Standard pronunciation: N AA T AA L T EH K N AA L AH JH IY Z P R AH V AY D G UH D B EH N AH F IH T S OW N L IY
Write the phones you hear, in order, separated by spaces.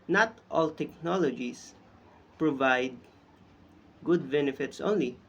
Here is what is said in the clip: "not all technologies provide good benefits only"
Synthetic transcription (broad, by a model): N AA T AA L T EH K N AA L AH JH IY S P R AH V AY D G UH D B EH N AH F IH T S OW N L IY